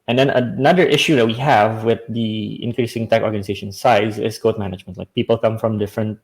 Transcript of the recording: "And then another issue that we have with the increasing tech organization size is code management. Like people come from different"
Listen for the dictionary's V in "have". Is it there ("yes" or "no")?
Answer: yes